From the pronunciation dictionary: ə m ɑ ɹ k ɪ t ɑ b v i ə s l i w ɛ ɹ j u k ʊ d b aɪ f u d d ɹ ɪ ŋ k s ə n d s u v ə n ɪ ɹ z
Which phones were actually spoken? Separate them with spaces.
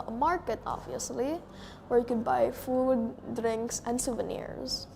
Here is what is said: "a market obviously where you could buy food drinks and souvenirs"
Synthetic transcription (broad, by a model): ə m ɑ ɹ k ɪ t ɑ b v i ə s l i w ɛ ɹ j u k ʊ d b aɪ f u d d ɹ ɪ ŋ k s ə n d s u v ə n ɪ ɹ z